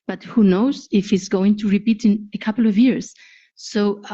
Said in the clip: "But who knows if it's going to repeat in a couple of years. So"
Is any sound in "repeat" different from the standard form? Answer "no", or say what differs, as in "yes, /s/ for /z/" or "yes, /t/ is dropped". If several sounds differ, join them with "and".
no